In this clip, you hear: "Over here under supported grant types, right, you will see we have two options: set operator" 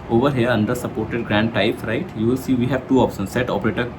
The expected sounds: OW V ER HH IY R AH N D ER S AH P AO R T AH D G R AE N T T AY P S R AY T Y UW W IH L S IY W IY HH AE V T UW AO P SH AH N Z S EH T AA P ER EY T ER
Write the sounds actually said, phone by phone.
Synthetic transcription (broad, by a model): OW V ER HH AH R AH N D ER S AH P AO R T AH D G R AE N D T AY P R AY T Y UW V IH L S IY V IY HH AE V T UW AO P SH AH N S EH T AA P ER EY T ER